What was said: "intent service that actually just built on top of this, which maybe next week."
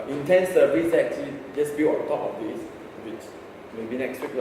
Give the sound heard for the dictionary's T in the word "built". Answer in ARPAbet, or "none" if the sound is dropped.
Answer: none